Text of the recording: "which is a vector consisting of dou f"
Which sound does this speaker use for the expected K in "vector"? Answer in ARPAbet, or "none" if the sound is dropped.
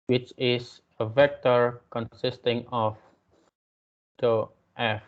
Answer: K